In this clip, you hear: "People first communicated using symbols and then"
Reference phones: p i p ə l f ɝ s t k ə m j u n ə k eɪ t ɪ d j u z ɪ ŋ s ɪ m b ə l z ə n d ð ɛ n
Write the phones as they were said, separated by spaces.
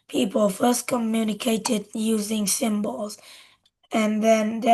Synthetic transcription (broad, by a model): p i p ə l f ɝ s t k ə m j u n ə k eɪ t ɪ d j u z ɪ ŋ s ɪ m b ə l z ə n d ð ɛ n